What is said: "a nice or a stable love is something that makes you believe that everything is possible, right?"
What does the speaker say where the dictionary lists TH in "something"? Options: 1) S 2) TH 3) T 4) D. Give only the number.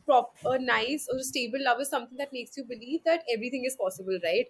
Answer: 3